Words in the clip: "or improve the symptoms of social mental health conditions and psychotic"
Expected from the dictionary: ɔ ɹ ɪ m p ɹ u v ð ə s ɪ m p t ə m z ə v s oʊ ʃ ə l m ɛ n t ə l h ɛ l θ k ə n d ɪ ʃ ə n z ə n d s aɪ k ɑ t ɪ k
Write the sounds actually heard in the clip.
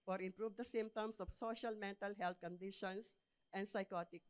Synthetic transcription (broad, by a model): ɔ ɹ ɪ m p ɹ u v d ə s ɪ m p t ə m s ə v s oʊ ʃ ə l m ɛ n t ə l h ɛ l t k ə n d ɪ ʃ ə n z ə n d s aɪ k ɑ t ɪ k